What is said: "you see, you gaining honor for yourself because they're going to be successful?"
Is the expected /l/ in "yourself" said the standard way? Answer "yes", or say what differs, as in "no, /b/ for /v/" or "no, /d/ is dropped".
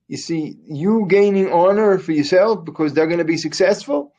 yes